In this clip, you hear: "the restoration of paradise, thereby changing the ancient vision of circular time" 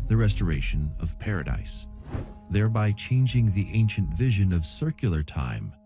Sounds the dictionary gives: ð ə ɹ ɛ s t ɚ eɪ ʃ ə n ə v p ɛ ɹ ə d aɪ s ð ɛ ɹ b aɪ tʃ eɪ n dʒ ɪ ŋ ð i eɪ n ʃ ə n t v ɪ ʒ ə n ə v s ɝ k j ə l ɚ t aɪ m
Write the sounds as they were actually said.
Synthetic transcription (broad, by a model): ð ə ɹ ɛ s t ɚ eɪ ʃ ə n ə v p ɛ ɹ ə d aɪ s ð ɛ ɹ b aɪ tʃ eɪ n dʒ ɪ ŋ ð i eɪ n ʃ ə n t v ɪ ʒ ə n ə v s ɝ k j l ɚ t aɪ m